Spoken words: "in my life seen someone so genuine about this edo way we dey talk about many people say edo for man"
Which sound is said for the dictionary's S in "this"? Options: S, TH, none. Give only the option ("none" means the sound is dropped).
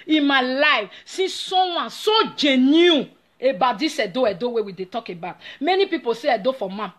none